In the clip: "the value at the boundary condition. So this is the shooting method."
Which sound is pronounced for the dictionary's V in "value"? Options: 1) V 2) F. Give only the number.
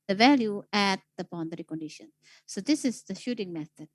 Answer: 1